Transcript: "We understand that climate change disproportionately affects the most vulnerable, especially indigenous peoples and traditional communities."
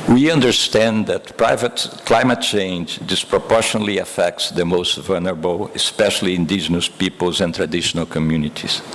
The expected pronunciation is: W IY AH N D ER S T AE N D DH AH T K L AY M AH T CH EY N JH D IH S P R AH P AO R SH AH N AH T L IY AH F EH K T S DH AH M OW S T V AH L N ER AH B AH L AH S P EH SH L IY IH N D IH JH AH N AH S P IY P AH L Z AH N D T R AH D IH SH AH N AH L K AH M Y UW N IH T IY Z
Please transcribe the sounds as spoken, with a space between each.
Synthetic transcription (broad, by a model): W IY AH N D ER S T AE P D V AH T K L AY M AH T CH EY N JH D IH S P R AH P AO R SH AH N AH L IY AH F EH K T S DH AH M OW S T V AH L N ER AH B AH L AH S P EH SH L IY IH N D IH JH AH N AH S P IY P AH L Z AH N T R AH D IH SH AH N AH L K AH M Y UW N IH T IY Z